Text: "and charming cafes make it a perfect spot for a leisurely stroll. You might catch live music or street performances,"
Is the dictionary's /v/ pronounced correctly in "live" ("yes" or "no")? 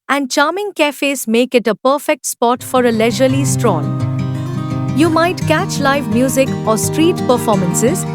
yes